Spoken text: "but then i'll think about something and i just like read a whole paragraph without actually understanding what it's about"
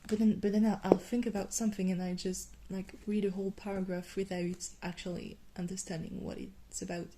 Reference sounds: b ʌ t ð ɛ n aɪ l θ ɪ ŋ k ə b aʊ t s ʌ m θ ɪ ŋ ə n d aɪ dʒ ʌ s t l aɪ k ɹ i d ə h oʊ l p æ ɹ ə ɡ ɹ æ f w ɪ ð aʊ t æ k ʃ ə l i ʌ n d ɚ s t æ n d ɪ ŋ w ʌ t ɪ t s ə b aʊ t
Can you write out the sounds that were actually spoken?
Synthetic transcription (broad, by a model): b ʌ t ð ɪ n aɪ l θ ɪ ŋ k ə b aʊ t s ʌ m θ ɪ ŋ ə n aɪ dʒ ʌ s t l aɪ k ɹ i d ə h oʊ l p æ ɹ ə ɡ ɹ æ f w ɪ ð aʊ t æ k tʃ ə l i ʌ n d ɚ s t æ n d ɪ ŋ w ʌ t ɪ t s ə b aʊ t